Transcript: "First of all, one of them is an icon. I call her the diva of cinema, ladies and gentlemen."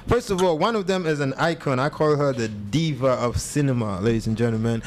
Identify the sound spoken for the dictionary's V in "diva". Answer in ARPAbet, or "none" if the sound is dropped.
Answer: V